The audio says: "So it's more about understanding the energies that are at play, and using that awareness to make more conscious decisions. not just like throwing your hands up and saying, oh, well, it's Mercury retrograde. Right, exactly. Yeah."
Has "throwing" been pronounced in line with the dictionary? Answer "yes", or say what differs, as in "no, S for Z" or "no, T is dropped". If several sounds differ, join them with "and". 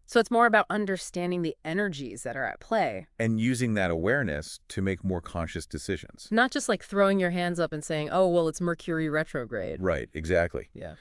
yes